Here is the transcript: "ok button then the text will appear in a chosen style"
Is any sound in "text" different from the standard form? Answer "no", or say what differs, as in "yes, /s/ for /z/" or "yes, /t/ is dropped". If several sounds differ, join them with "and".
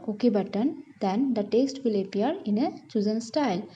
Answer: yes, /k/ is dropped